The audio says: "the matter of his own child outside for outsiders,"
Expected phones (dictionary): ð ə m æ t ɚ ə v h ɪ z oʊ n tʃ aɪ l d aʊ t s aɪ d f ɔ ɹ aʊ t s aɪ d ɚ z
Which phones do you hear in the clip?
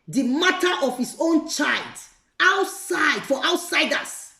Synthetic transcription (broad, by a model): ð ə m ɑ t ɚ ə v h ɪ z oʊ n tʃ aɪ l d aʊ t s aɪ d f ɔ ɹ aʊ t s aɪ d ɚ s